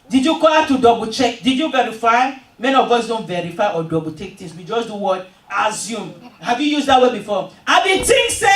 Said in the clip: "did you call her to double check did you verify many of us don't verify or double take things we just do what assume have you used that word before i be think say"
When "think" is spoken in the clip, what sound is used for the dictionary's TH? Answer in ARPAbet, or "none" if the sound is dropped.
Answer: T